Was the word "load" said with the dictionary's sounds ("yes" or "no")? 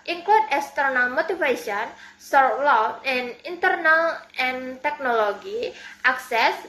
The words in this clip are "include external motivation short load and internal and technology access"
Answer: no